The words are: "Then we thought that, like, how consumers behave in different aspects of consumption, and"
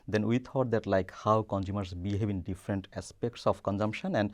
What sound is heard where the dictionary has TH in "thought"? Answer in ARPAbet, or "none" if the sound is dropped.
T